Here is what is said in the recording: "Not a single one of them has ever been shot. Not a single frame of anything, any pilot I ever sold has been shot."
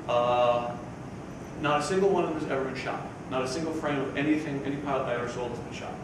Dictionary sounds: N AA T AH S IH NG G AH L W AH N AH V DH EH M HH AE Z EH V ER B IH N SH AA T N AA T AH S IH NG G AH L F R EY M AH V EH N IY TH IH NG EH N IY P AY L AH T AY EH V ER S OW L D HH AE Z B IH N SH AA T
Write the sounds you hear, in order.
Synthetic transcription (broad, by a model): N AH T AH S IH NG G L W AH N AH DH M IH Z EH V ER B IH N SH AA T N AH T AH S IH NG G L F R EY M AH V EH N IY TH IH NG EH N IY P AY AH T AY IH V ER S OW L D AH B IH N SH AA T